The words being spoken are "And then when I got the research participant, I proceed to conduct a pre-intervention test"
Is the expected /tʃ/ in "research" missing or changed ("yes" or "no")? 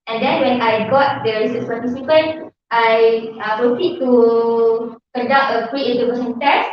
yes